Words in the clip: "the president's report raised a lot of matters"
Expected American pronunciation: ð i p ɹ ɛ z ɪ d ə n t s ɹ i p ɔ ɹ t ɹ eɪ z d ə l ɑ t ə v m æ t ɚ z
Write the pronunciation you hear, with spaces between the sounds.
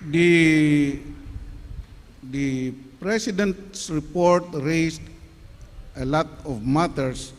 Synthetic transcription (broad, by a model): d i p ɹ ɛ s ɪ d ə n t s ɹ i p ɔ ɹ t ɹ eɪ s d ə l ɑ t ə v m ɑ t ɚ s